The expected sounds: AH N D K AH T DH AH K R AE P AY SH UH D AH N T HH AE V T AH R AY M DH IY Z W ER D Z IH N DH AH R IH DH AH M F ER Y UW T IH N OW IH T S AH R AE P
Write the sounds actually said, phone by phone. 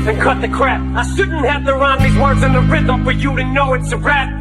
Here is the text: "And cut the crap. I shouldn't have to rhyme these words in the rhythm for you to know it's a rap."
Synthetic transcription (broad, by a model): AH N K AH T DH AH K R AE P AY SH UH D N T HH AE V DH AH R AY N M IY W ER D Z IH N DH AH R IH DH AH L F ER Y UW T IH N OW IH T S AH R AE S